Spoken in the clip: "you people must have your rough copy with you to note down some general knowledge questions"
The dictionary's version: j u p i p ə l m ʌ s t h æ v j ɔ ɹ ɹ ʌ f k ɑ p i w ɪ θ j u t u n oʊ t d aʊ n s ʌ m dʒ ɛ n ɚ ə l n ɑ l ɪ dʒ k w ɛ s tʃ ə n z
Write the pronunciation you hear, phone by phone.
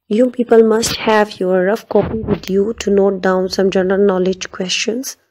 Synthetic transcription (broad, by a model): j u p i p ə l m ʌ s t h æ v j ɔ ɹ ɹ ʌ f k ɑ p i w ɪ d j u t u n oʊ t d aʊ n s ʌ m dʒ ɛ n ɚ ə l n ɑ l ɪ dʒ k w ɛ s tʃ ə n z